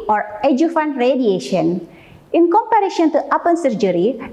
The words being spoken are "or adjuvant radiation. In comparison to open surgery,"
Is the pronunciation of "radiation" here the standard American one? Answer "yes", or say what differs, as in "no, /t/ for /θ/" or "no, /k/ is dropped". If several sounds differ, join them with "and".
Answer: yes